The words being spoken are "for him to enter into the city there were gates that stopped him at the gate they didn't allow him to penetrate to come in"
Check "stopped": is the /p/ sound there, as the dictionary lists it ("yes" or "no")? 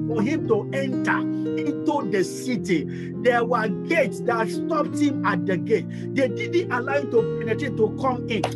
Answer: yes